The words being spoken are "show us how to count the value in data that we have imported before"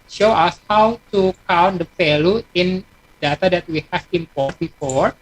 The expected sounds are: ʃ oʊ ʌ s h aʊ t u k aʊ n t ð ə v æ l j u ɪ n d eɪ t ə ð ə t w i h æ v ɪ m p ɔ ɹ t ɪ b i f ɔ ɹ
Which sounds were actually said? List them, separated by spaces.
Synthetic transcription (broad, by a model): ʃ oʊ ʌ s h aʊ t u k aʊ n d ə f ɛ l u ɪ n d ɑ t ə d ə t w i h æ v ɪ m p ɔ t b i f ɔ ɹ